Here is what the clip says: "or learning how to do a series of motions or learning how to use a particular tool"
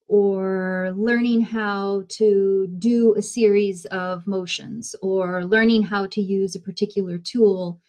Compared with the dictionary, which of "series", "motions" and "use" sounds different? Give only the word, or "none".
none